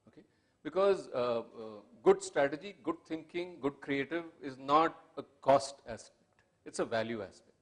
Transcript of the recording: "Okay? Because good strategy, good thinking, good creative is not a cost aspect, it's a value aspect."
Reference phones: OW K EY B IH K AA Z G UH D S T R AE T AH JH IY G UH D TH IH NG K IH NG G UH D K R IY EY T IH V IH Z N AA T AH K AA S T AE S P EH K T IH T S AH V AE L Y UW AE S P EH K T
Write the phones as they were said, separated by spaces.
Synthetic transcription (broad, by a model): OW K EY B IH K AA Z G UH D S T R AE T AH JH IY G UH D T IH NG K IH NG G UH D K R IY EY T IH V IH Z N AA T AH K AA S T AE S P EH K T IH T S AH V AE L Y UW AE S P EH K T